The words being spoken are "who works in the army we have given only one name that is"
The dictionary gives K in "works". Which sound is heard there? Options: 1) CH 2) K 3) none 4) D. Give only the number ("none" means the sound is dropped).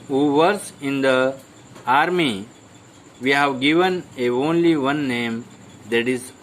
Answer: 3